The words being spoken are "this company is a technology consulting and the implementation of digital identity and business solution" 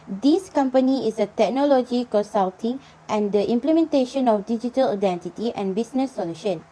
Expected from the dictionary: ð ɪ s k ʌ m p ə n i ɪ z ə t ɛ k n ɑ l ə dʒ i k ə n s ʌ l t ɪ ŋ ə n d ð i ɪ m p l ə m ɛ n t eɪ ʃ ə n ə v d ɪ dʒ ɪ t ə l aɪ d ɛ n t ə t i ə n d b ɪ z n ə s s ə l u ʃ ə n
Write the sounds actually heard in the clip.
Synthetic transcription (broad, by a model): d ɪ s k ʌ m p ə n i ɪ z ə t ɛ k n ɑ l ə dʒ i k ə s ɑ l t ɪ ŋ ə n d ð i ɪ m p l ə m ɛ n t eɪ ʃ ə n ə f d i dʒ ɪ t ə l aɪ d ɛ n t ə t i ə n b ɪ s n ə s s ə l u ʃ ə n